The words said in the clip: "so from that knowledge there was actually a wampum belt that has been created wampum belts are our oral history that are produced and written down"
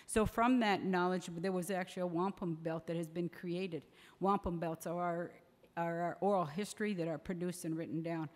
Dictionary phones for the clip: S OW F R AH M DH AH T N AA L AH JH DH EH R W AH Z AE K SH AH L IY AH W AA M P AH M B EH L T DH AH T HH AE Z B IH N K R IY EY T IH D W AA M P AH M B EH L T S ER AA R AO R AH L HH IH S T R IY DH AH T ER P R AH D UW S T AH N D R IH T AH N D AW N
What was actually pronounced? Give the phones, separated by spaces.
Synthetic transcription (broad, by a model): S OW F R AH M DH AH T N AA L AH JH DH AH R W AH Z AE K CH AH L IY AH W AA M P AH M B EH L T DH AH T HH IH Z B IH N K R IY EY T IH D W AA M P AH M B EH L T S ER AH R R R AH L HH IH S T R IY DH AH T ER P R AH D UW S T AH N R IH T N D AW N